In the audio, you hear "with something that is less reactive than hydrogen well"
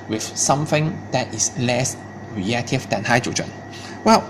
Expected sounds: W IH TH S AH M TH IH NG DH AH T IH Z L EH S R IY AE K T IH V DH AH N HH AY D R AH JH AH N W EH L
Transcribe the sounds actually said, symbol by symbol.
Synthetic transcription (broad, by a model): W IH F S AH M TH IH NG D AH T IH S L EH S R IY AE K T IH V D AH N HH AY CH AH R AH N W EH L